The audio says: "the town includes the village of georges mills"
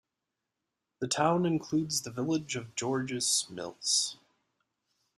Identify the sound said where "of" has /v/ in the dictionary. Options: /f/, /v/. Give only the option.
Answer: /v/